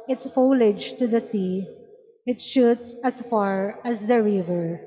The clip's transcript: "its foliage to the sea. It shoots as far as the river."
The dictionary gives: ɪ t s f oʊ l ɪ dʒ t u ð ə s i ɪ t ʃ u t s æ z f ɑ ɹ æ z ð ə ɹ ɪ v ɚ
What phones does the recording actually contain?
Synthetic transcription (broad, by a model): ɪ t s f oʊ l ɪ dʒ t u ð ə s i ɪ t ʃ u t s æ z f ɑ ɹ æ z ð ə ɹ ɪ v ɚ